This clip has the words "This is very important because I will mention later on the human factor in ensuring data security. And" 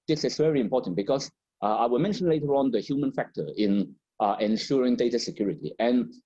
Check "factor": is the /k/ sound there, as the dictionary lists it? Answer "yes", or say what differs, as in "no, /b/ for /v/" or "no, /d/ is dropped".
yes